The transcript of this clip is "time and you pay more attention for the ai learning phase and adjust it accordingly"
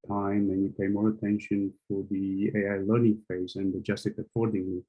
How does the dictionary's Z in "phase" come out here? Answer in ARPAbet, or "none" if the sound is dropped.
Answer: Z